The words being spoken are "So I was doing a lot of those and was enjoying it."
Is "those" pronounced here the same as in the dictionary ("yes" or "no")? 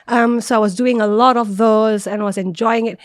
yes